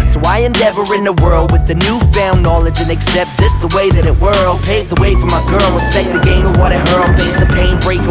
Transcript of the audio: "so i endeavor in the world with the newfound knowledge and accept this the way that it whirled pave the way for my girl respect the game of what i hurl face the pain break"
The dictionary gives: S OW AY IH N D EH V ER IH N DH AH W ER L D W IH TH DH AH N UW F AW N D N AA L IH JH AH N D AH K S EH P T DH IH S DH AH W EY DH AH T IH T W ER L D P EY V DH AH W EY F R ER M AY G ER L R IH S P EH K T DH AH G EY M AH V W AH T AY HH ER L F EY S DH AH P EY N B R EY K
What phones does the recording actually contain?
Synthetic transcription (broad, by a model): S OW AY IH N D EH V ER IH N DH AH W ER L D W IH DH AH N UW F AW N N AA L IH JH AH N AH K S EH P T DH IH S DH AH W EY DH AH T IH T W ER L P EY V DH AH W EY F R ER M AY G ER L W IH S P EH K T DH AH G EY M AH V W AH T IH HH ER L F EY S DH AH P EY N B R EY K